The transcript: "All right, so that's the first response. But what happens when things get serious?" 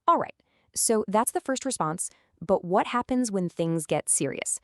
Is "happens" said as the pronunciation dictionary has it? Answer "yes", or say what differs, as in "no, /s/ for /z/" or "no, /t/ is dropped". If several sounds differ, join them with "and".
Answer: yes